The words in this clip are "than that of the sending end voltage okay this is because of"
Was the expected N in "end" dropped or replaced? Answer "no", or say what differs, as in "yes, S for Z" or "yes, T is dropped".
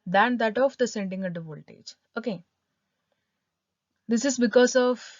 yes, N is dropped